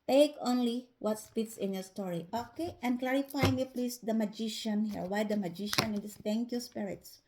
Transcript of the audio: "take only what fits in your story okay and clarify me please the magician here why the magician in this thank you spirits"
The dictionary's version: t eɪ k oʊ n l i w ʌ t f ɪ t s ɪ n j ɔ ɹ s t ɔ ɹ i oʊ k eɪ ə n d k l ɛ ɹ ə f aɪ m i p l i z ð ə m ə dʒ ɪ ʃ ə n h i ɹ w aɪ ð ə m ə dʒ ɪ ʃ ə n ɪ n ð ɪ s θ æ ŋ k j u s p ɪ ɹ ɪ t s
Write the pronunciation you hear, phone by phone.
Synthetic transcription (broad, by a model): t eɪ k oʊ n l i w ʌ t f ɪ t s ɪ n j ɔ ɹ s t ɔ ɹ i oʊ k eɪ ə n k l ɛ ɹ ə f aɪ m i p l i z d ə m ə dʒ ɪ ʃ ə n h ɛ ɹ w aɪ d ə m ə dʒ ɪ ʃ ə n ɪ n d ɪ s t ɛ ŋ k j u s p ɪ ɹ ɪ t s